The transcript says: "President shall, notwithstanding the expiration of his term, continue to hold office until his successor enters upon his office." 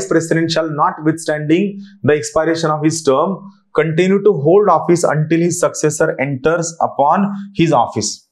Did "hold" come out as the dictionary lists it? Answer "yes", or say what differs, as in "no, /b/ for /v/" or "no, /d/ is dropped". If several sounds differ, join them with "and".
yes